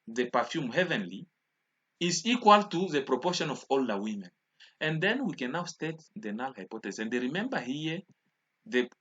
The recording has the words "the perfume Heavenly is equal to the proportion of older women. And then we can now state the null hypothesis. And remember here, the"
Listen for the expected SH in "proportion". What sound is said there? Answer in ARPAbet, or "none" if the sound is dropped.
SH